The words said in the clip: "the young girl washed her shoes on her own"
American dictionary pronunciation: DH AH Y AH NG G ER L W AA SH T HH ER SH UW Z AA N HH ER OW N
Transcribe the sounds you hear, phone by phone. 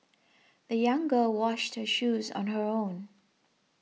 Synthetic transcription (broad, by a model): DH AH Y AH NG G ER L W AA SH T HH ER SH UW Z N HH ER OW N